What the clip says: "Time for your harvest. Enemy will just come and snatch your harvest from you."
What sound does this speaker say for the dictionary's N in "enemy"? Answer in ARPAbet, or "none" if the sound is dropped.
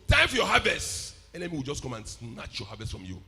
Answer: L